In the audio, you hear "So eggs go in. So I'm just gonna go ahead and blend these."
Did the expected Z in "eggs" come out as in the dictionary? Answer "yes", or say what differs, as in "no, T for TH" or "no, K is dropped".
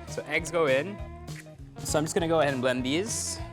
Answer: yes